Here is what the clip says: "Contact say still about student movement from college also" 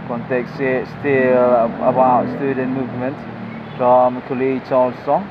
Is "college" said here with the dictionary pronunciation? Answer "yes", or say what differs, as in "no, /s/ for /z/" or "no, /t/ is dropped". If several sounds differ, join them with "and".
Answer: no, /tʃ/ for /dʒ/